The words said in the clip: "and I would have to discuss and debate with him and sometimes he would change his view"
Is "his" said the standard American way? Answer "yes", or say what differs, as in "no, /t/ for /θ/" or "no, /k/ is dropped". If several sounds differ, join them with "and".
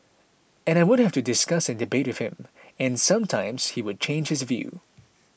yes